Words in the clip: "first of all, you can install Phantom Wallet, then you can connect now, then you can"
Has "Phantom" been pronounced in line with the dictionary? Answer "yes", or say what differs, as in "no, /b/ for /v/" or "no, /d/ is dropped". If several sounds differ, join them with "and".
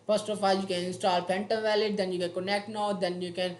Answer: no, /p/ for /f/